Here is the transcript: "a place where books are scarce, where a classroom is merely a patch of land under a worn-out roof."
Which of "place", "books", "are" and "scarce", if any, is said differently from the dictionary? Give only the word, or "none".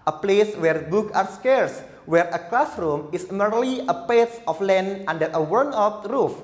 books